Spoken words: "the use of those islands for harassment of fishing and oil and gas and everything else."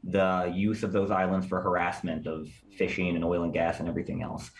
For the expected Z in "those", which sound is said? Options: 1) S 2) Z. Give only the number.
2